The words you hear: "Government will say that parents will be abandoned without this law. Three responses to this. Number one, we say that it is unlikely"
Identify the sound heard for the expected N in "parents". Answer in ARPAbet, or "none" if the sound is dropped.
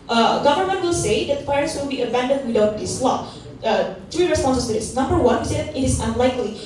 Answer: none